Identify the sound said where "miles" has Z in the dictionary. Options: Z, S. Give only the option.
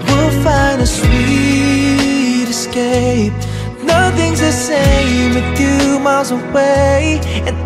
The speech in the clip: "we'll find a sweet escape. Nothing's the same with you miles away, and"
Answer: Z